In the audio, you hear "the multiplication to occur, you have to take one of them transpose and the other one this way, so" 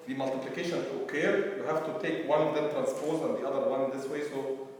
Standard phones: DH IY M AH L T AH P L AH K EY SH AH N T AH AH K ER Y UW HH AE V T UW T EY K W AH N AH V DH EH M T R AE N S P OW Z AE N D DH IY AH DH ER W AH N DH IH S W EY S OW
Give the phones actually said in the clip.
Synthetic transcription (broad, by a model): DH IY M AH L T AH P L AH K EY SH AH N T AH K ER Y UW HH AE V T UW T EY K W AH N AH V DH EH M T R AE N S P OW Z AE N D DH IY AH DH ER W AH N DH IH S W EY S OW